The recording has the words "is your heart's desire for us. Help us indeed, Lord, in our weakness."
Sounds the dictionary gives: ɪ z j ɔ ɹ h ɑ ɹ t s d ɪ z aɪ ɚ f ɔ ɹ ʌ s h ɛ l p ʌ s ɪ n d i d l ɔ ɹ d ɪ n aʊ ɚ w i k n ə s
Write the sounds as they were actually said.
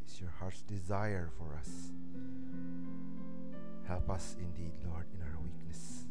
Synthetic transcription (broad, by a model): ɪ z j ɔ ɹ h ɑ ɹ t s d ɪ z aɪ ɚ f ɔ ɹ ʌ s h ɛ l p ʌ s ɪ n d i d l ɔ ɹ d ɪ n aʊ ɚ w i k n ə s